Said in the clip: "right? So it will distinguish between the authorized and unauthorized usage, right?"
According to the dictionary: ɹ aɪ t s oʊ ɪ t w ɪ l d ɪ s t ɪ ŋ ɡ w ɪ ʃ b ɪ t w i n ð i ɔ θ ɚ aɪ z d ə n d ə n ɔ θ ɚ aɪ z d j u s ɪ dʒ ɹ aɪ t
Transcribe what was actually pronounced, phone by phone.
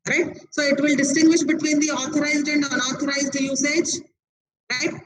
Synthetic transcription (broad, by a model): ɹ aɪ t s oʊ ɪ t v ɪ l d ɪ s t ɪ ŋ ɡ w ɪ ʃ b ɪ t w i n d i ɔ t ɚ aɪ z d ə n d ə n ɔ t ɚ aɪ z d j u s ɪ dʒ ɹ aɪ t